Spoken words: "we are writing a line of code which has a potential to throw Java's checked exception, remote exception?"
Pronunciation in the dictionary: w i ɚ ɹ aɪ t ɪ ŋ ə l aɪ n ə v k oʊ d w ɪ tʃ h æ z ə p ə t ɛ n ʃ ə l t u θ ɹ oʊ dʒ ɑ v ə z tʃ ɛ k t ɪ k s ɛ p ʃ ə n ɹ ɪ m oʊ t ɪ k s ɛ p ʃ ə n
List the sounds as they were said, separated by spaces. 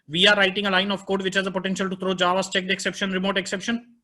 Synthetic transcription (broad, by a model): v i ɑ ɹ aɪ t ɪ ŋ ə l aɪ n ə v k oʊ d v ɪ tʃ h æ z ə p ə t ɛ n ʃ ə l t u t ɹ oʊ dʒ ɑ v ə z tʃ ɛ k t ɪ k s ɛ p ʃ ə n ɹ ɪ m oʊ t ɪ k s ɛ p ʃ ə n